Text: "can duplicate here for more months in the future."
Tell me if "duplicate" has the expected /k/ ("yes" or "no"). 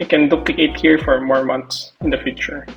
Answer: no